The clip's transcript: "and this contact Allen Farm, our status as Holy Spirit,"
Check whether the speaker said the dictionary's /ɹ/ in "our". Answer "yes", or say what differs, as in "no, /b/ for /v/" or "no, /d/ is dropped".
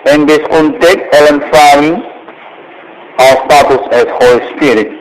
no, /l/ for /ɹ/